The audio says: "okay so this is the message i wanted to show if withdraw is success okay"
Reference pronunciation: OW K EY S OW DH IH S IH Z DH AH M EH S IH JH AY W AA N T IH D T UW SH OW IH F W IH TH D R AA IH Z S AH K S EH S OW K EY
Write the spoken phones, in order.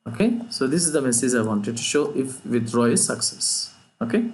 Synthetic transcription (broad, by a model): OW K EY S OW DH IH S IH Z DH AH M EH S IH JH AY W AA N T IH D T UW SH OW IH F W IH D R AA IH S AH K S EH S OW K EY